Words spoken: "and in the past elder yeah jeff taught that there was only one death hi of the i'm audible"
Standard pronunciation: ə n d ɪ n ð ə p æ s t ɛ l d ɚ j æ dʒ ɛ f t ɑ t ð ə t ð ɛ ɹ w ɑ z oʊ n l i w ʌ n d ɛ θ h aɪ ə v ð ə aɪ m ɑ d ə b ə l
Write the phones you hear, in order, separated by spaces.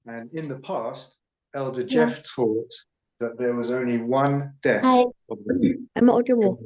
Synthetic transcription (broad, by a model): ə n ɪ n ð ə p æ s t ɛ l d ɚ dʒ ɛ f t ɑ t ð ə t ð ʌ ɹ w ɑ z oʊ n l i w ʌ n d ɛ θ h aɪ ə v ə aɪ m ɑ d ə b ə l